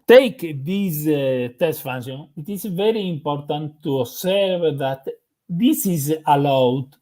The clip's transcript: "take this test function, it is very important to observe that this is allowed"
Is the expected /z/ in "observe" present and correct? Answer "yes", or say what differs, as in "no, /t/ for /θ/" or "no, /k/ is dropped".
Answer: no, /s/ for /z/